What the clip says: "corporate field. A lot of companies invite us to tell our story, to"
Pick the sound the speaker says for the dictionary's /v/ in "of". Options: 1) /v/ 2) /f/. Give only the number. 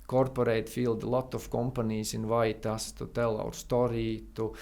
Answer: 2